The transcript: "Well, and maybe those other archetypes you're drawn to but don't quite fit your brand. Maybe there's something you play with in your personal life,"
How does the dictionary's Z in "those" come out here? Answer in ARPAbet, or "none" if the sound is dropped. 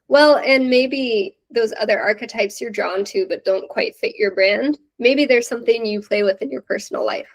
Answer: Z